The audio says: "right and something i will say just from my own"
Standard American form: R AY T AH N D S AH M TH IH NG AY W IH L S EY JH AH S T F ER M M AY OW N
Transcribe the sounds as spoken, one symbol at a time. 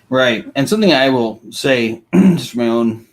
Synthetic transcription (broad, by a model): R AY T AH N S AH M TH IH NG AY W IH L S EY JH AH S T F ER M M AY OW N